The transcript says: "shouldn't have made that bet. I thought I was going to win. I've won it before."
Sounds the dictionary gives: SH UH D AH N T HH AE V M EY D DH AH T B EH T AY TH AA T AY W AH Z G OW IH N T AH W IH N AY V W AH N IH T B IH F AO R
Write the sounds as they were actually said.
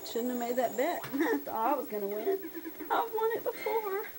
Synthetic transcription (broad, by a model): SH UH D N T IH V M EY D DH AH T B EH T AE S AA IH W AH Z G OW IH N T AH W IH N AY V W AH N IH T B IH F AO R